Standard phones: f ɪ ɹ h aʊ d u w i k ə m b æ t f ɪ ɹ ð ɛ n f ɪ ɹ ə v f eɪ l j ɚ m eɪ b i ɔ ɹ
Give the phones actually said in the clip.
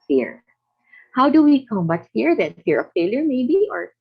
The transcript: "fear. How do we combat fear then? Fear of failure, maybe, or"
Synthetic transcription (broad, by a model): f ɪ ɹ h aʊ d u w i k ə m ʌ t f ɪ ɹ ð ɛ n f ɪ ɹ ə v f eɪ l j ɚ m eɪ b i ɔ ɹ